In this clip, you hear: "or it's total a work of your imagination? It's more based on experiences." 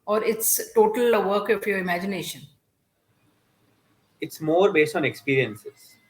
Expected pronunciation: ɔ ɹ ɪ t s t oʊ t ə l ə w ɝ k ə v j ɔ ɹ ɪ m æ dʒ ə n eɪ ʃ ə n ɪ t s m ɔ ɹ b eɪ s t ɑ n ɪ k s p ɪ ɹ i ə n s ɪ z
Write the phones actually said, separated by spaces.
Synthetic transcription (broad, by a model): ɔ ɹ ɪ t s t oʊ t ə l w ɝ k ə f j ɔ ɹ ɪ m æ dʒ ə n eɪ ʃ ə n ɪ t s m ɔ ɹ b eɪ s t ɑ n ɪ k s p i ɹ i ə n s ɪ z